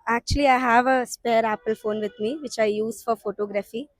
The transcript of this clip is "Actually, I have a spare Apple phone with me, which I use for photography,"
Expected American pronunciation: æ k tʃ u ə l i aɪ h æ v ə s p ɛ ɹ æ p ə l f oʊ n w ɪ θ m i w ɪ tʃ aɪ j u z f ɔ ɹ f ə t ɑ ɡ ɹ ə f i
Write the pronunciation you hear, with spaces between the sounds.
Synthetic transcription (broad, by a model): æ k tʃ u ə l i aɪ h æ v ə s p ɛ ɹ æ p ə l f oʊ n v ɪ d m i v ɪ tʃ aɪ j u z f ɔ ɹ f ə t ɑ ɡ ɹ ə f i